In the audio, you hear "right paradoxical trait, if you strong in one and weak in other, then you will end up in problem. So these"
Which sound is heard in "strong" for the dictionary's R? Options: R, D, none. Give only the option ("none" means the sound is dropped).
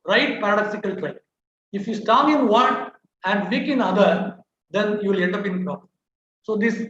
none